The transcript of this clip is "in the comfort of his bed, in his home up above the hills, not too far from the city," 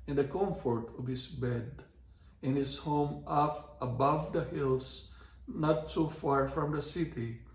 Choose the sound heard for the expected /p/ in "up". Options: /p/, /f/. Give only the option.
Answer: /f/